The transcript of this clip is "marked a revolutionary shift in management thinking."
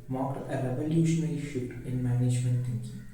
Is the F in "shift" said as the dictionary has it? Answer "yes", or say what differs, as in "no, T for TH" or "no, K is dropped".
no, F is dropped